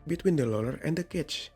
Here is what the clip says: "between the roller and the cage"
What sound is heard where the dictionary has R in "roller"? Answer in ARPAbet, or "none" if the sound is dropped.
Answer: L